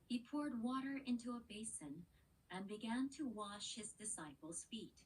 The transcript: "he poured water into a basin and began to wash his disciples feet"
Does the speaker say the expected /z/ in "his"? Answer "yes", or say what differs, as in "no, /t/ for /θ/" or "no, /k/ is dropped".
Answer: yes